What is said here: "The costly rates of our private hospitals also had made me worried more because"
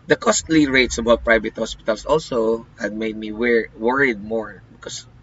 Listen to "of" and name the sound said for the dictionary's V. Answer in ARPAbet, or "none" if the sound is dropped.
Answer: B